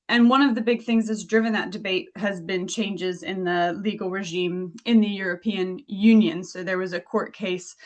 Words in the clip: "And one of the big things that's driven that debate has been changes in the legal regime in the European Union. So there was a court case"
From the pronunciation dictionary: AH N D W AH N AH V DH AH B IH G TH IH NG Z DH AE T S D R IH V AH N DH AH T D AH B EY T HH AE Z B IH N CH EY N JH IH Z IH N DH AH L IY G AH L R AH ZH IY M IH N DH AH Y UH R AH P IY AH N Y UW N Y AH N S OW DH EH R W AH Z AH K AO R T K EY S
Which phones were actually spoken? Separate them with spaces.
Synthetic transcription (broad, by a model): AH N W AH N AH V DH AH B IH G TH IH NG Z DH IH T S D R IH V AH N DH AH T D AH B EY T HH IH Z B IH N CH EY N JH IH Z IH N DH AH L IY G L R AH ZH IY M IH N DH AH Y UH R AH P IY AH N Y UW N Y AH N S OW DH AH R W AH Z AH K AO R T K EY S